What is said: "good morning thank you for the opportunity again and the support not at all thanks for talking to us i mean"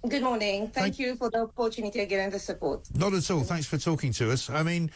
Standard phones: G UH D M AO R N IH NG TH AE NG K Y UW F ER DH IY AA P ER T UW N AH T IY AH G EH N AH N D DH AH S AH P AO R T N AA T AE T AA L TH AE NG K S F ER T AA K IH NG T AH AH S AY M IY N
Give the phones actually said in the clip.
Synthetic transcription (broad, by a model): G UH D M AO R N IH NG TH AE NG K Y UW F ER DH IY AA P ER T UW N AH T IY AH G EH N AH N DH AH S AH P AO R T N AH T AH T AA L TH AE NG K S F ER T AA K IH NG T AH AH S AY M IY N